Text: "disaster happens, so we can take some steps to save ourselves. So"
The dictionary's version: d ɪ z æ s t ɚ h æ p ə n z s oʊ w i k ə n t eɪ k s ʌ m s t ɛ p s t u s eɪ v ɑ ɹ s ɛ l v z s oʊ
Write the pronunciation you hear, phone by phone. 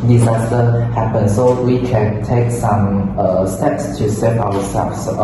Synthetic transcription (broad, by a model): d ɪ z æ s t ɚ h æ p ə n s oʊ w i k ə n t eɪ k s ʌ m s t ɛ p s t u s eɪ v ɑ w s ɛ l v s